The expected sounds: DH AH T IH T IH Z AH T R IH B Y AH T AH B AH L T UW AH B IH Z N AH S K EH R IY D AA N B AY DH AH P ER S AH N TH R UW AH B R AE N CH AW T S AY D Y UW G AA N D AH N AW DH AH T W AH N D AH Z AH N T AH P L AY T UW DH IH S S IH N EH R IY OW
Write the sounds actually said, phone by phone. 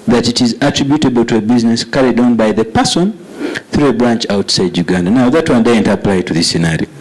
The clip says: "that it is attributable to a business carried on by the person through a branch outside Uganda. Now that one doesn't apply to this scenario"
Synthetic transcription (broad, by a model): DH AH T IH T IH Z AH T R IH B Y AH T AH B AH L T UW AH B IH Z N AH S K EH R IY D AA N B AY DH AH P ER S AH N TH R UW AH B R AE N CH AW T S AY D Y UW G AA N D AH N AW DH AH T W AH N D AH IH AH N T AH P L AY T UW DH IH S S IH N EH R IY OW